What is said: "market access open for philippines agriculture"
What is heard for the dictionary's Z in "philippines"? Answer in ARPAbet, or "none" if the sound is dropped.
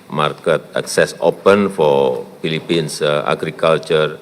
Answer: S